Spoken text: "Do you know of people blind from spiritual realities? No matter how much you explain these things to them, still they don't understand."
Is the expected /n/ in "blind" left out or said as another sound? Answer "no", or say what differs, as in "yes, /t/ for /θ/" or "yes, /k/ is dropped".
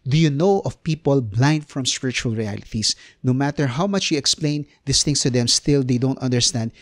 no